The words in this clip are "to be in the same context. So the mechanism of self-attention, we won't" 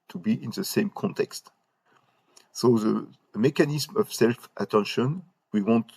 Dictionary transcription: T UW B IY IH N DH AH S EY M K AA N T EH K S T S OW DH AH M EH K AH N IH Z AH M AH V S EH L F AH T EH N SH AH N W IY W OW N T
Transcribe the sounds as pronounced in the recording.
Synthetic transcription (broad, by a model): T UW B IY IH N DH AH S EY M K AA N T EH K S T S OW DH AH M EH K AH N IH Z M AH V S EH L F AH T EH N SH AH N W IY W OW N T